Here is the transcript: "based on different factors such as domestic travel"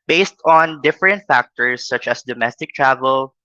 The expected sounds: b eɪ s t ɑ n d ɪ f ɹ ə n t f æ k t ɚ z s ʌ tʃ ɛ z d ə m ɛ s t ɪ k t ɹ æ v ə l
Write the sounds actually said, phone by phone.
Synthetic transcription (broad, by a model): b eɪ s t ɑ n d ɪ f ɹ ə n t f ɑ k t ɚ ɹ s ʌ tʃ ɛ s d ə m ɛ s t ɪ k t ɹ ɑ v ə l